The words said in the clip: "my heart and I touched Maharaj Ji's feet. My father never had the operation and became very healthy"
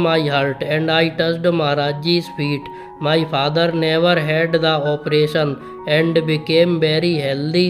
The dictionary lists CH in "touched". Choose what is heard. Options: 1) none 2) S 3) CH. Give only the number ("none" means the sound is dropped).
2